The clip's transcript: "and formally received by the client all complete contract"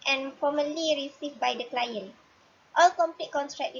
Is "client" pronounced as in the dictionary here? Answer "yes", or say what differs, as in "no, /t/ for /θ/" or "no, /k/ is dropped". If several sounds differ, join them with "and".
yes